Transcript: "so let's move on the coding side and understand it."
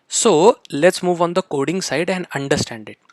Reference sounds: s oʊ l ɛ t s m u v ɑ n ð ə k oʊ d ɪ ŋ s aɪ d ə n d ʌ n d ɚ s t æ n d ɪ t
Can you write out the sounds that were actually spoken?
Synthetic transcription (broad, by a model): s oʊ l ɛ t s m u v ɑ n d ə k oʊ d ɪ ŋ s aɪ d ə n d ʌ n d ɚ s t æ n d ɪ t